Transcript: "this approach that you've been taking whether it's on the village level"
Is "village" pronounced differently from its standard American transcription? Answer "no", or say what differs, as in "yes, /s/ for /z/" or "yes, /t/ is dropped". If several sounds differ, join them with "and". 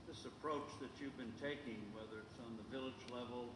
no